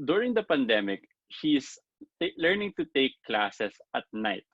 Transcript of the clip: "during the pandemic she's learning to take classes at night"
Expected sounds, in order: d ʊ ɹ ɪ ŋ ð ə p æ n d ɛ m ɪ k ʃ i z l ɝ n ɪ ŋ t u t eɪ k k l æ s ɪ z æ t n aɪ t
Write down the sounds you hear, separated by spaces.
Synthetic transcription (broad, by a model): d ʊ ɹ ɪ ŋ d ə p æ n d ɛ m ɪ k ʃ i s l ɝ n ɪ ŋ t u t eɪ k k l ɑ s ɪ s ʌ t n aɪ t